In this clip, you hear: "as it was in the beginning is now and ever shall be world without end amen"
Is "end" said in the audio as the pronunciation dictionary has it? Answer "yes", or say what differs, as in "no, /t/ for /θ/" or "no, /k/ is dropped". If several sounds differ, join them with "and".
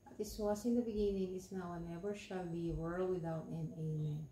no, /d/ is dropped